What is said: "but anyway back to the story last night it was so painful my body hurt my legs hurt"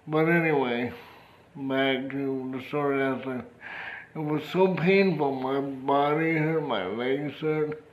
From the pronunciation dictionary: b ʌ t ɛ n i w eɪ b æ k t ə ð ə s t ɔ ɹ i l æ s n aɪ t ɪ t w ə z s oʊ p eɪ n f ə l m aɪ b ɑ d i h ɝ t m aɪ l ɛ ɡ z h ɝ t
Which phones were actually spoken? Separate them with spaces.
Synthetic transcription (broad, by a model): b ʌ t ɛ n i w eɪ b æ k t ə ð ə s t ɔ ɹ i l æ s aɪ ɪ t w ə z s oʊ p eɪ n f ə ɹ m aɪ b ɑ d i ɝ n m aɪ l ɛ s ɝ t